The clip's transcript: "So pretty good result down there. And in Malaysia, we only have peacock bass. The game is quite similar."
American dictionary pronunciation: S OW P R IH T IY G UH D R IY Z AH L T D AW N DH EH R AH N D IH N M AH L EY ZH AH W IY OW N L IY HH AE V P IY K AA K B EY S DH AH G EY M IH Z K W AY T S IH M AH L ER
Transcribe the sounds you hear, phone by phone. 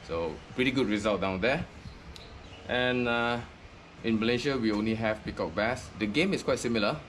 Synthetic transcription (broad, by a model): S OW P R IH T IY G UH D R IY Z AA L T D AW N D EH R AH N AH IH N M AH L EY SH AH W IY OW N L IY HH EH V P IY K AA K B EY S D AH G EY M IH S K W AY T S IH M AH L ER